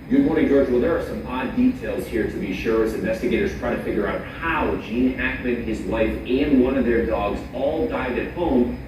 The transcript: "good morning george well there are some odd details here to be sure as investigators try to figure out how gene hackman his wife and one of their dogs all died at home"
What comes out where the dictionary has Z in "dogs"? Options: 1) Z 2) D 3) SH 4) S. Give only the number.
1